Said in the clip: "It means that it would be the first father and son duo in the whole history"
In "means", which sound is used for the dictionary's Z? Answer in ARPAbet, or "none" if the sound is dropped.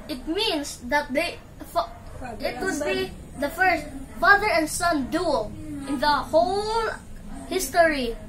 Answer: S